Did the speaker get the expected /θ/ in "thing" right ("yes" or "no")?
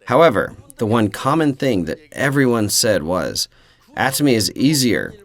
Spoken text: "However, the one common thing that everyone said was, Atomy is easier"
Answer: yes